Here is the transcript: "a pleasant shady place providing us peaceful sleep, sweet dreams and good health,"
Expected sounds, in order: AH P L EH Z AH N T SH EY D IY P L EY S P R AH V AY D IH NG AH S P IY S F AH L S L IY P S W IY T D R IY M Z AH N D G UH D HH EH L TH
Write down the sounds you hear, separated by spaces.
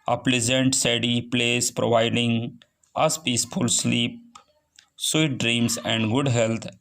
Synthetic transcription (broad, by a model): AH P L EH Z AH N T S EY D IY P L EY S P R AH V AY D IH NG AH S P IY S F AH L S L IY P S W IY T D R IY M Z AH N D G UH D HH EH L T